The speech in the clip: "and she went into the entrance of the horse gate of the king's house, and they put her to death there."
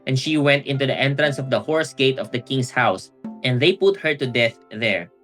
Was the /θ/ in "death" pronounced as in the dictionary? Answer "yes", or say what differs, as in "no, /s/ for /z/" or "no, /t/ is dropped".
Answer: yes